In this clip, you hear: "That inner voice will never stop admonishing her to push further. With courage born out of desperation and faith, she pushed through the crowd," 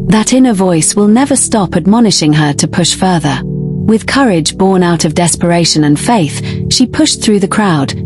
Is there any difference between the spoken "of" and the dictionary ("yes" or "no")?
no